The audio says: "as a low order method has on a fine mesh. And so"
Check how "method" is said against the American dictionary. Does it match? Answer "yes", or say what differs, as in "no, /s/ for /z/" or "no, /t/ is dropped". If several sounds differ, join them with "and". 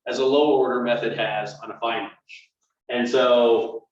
yes